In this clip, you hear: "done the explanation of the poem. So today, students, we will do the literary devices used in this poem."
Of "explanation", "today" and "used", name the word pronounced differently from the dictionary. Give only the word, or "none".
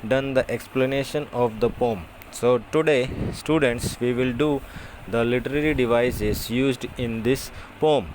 none